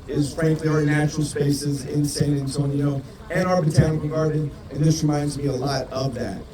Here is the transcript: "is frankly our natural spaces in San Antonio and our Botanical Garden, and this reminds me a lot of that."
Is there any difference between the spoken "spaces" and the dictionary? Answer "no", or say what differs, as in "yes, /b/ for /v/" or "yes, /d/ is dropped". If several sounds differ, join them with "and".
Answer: no